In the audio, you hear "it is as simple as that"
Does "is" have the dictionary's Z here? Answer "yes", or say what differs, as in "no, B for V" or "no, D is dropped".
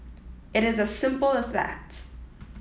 yes